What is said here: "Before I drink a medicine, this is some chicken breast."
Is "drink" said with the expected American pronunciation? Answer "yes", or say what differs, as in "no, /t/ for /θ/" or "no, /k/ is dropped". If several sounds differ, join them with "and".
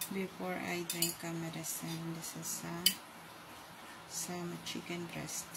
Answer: yes